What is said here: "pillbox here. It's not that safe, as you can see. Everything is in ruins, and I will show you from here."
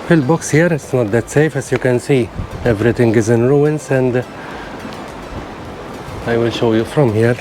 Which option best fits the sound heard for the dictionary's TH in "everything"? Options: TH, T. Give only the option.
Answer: T